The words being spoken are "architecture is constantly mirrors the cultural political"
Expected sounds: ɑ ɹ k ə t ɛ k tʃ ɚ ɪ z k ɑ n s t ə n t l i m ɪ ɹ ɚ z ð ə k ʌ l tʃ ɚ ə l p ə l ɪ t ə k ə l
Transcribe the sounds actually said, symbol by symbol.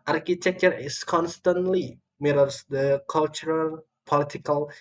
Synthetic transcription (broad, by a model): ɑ ɹ k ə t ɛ k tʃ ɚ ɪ s k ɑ n s t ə n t l i m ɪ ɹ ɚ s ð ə k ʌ l tʃ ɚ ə l p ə l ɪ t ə k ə l